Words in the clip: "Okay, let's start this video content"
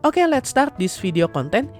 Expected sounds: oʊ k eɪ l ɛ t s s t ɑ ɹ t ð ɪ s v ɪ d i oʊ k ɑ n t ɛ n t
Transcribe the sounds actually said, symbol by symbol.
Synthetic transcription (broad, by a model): oʊ k eɪ l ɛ t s s t ɑ ɹ t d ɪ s f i d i oʊ k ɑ n t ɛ n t